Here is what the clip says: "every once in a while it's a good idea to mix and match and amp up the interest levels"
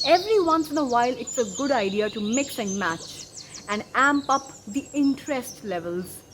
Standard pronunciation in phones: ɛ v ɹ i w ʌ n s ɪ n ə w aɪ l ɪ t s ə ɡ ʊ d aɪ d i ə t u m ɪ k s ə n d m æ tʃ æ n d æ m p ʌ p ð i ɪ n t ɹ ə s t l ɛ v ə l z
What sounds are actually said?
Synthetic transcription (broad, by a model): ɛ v ɹ i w ʌ n s ɪ n ə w aɪ l ɪ t s ə ɡ ʊ d aɪ d i ə t u m ɪ k s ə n m æ tʃ æ n d æ m p ʌ p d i ɪ n t ɹ ə s t l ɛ v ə l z